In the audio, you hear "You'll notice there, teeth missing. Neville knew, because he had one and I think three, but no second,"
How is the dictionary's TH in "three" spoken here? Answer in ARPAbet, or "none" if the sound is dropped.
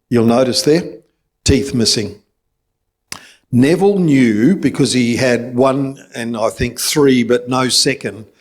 TH